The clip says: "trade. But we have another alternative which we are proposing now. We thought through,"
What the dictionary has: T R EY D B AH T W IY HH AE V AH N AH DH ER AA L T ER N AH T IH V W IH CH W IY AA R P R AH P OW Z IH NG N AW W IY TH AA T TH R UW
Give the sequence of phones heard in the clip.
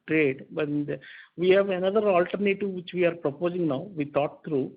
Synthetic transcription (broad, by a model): T R EY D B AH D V IY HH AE V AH N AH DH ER AA L T ER N AH T IH V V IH CH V IY AA R P R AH P OW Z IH NG N AW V IY T AA T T R UW